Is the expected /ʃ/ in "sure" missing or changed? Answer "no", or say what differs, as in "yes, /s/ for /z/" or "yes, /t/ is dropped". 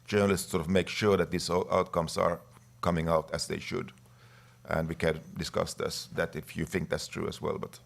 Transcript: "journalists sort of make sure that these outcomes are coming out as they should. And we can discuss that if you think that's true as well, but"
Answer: no